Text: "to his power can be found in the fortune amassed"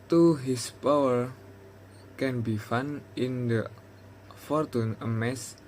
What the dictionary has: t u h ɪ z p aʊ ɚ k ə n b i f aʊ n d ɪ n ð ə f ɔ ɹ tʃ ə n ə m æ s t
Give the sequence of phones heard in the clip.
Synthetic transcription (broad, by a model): t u h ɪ s p aʊ ɚ k ə n b i f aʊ n ɪ n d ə f ɔ ɹ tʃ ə n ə m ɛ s